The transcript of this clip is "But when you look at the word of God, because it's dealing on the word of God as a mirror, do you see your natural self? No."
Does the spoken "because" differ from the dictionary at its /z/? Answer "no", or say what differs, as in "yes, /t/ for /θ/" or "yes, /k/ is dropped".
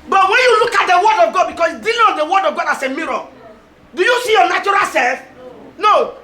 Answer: yes, /s/ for /z/